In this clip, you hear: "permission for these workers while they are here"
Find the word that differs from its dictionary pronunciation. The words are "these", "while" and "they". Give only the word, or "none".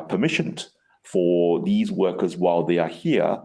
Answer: none